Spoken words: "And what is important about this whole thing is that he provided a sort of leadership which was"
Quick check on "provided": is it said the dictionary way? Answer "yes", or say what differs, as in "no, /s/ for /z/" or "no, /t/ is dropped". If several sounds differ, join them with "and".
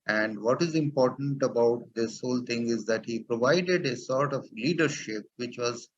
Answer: yes